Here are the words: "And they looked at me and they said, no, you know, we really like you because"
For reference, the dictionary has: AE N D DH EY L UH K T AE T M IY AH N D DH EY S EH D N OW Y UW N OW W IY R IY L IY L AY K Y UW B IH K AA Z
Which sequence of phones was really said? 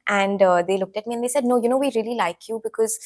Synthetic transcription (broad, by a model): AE N D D EY L UH K T AE T M IY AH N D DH EY S EH D N OW Y UW N OW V IY R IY L IY L AY K Y UW B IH K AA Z